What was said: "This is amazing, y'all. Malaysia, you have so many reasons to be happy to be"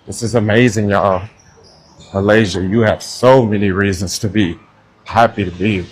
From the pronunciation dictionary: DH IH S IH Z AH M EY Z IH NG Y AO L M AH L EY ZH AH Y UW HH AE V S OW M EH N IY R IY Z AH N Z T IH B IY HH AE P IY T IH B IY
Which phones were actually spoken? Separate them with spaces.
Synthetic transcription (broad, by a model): DH IH S IH Z AH M EY Z IH NG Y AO M AH L EY ZH AH Y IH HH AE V S OW M EH N IY R IY Z AH N Z T IH B IY HH AE P IY T IH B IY